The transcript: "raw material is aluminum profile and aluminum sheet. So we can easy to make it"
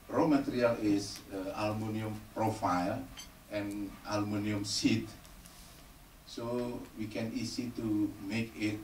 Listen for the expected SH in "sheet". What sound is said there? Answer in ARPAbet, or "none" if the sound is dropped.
S